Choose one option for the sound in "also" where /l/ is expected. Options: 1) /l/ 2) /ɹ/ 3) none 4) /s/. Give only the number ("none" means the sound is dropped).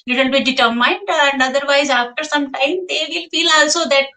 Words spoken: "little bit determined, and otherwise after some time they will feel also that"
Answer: 1